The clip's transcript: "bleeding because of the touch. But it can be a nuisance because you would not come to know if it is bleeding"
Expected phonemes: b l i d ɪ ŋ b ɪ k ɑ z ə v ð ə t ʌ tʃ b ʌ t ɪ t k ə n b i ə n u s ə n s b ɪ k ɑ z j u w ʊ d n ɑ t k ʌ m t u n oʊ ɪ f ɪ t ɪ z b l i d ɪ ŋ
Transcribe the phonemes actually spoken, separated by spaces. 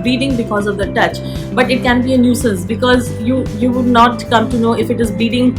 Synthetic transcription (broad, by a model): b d i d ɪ ŋ b ɪ k ɑ z ə v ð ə t ʌ tʃ b ʌ t ɪ t k ə n b i ə n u s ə n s b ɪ k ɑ z j u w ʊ d n ɑ t k ʌ m t u n oʊ ɪ f ɪ t ɪ z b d i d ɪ ŋ